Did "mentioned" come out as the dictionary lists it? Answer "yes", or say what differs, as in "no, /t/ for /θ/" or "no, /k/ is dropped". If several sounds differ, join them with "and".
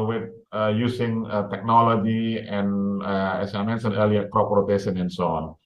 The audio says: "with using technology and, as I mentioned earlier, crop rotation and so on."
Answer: no, /s/ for /ʃ/ and /d/ is dropped